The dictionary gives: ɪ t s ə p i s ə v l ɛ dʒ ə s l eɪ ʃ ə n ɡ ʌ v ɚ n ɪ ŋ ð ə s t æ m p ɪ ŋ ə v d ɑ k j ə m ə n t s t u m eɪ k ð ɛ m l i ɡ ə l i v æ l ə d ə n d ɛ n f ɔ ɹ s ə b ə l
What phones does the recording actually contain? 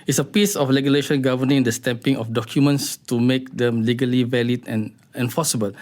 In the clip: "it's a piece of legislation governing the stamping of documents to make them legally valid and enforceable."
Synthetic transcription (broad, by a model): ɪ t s ə p i s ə f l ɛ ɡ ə l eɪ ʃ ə n ɡ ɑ v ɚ n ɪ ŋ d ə s t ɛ m p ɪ ŋ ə f d ɑ k j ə m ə n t s t u m eɪ k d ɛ m l i ɡ ə l i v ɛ l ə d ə n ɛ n f ɔ s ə b ə l